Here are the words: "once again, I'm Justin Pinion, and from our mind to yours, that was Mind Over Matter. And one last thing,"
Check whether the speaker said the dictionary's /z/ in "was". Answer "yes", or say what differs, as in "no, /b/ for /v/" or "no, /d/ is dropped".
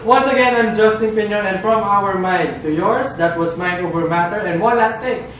no, /s/ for /z/